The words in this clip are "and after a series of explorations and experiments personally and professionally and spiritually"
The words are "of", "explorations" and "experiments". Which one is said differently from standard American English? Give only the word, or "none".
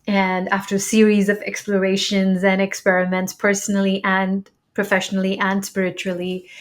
none